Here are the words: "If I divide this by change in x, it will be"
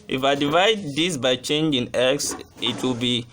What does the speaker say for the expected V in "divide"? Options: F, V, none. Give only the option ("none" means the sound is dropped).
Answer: V